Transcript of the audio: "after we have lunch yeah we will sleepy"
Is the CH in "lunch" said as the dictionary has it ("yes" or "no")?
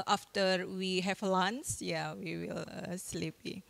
no